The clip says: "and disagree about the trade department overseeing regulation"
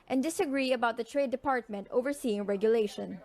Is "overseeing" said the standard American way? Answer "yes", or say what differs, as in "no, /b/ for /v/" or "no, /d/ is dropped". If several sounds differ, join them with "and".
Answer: yes